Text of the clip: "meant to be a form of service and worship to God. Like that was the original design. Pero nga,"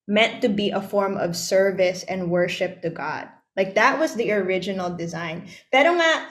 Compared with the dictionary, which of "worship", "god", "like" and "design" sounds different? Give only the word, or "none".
none